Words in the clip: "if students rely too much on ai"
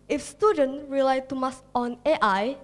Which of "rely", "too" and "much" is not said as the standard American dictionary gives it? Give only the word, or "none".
much